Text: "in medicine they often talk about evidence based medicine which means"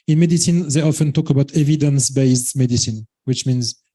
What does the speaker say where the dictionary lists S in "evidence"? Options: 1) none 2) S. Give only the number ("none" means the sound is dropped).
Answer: 2